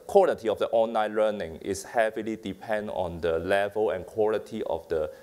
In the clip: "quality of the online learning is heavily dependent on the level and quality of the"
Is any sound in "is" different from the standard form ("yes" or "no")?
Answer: yes